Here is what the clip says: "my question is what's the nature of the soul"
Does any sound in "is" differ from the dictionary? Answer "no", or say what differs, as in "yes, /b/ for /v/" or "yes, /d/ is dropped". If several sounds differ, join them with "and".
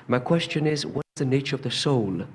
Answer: no